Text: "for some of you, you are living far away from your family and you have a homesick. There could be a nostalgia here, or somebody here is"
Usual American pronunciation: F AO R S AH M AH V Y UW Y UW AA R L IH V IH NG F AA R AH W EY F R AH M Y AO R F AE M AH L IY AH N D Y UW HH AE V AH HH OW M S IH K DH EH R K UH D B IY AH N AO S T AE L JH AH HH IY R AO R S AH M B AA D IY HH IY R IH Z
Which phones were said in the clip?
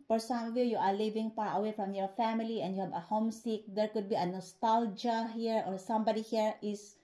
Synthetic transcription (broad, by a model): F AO R S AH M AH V Y UW Y UW AA R L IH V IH NG P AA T AH W EY F R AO M Y AO R F AE M AH L IY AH N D Y UW HH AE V AH HH OW M S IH K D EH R K UH D B IY AH N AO S T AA L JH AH HH IY R AO R S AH M B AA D IY HH IY R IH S